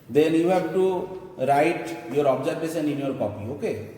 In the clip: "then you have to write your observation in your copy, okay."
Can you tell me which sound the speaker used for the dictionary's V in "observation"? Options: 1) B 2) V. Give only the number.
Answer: 1